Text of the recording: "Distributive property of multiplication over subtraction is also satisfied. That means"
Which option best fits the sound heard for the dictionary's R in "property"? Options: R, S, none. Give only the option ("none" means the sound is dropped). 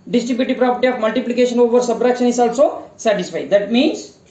R